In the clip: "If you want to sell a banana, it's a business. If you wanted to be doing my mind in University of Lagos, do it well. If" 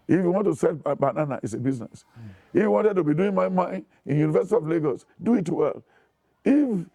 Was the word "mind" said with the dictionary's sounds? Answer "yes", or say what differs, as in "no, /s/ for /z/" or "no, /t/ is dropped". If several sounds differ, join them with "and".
no, /d/ is dropped